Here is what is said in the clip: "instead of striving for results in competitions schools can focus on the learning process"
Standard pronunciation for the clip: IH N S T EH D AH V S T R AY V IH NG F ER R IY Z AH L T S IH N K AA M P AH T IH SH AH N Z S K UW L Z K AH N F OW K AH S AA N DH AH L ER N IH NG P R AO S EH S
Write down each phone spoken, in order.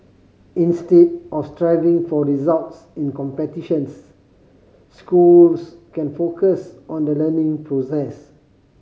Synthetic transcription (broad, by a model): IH N S T EH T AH F S T R AY V IH NG F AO R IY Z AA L T S IH N K AA M P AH T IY SH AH N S S K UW L S K AH N F OW K AH S AA N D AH L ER N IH NG P R AO S EH S